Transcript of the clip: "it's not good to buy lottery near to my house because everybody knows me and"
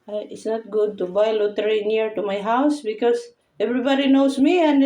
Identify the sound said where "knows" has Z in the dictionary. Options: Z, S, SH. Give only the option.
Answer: S